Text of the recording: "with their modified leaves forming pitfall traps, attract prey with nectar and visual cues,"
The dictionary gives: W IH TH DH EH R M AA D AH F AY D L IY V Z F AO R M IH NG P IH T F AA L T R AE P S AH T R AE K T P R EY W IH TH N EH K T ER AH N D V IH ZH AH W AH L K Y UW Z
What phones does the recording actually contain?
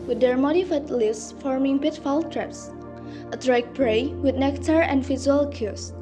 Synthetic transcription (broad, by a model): W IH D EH R M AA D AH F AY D L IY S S F AO R M IH NG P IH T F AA L T R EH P S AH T R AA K P R EY W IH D N EH K T ER AH N D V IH Z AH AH L K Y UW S